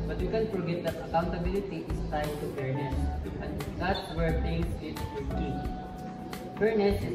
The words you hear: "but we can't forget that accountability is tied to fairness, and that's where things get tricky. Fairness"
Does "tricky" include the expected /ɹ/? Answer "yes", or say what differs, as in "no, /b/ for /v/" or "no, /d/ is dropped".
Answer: no, /ɹ/ is dropped